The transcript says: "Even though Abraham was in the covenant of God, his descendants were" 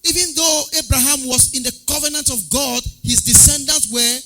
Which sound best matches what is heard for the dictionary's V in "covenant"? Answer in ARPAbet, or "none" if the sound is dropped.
V